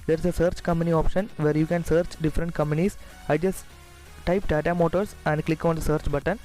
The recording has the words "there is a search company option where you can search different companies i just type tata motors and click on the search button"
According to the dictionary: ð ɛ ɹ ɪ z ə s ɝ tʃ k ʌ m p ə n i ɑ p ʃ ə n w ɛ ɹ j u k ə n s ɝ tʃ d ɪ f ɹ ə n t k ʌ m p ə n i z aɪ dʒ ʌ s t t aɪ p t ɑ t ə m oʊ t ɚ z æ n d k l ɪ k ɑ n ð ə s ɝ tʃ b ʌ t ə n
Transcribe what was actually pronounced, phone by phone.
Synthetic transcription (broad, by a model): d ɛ ɹ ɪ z ə s ɝ tʃ k ʌ m p ə n i ɑ p ʃ ə n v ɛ ɹ j u k ə n s ɝ tʃ d ɪ f ɹ ə n t k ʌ m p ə n i s aɪ dʒ ʌ s t t aɪ p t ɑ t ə m oʊ t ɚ s æ n d k l ɪ k ɑ n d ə s ɝ tʃ b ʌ t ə n